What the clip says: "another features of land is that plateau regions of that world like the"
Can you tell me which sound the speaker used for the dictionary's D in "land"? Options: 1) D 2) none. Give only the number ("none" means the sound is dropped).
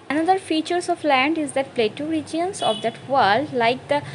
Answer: 1